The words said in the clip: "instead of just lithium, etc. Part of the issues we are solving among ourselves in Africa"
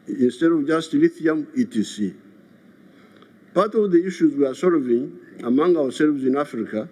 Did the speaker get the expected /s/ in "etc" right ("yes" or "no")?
no